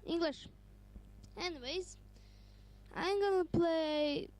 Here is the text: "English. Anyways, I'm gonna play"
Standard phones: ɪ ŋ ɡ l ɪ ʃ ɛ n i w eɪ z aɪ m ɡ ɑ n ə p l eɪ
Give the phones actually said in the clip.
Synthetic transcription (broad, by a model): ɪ ŋ ɡ l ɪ ʃ ɛ n i w eɪ z aɪ m ɡ ɑ n ə p l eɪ